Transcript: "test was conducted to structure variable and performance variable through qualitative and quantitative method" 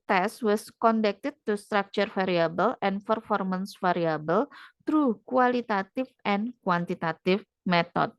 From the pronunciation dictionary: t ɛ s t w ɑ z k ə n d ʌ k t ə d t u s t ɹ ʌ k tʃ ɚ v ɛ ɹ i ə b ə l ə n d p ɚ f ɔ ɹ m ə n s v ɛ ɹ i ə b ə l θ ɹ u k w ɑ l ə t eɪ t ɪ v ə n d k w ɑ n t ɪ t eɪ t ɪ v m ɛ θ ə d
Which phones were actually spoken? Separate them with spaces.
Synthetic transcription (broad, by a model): t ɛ s w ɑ s k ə n d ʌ k t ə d t u s t ɹ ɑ k tʃ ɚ f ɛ ɹ i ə b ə l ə n p ɚ f ɔ ɹ m ə n s f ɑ ɹ i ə b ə l t ɹ u k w ɑ l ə t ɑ t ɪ f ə n k w ɑ n t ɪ t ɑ t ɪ f m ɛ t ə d